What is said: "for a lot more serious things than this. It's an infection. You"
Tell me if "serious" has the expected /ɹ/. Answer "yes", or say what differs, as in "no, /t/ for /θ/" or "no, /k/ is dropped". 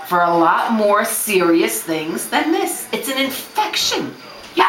yes